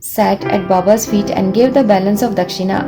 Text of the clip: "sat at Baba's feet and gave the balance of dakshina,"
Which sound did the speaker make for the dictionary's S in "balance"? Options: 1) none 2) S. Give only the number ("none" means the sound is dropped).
2